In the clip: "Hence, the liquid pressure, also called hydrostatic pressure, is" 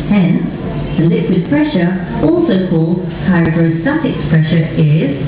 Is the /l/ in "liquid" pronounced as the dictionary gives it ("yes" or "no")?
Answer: yes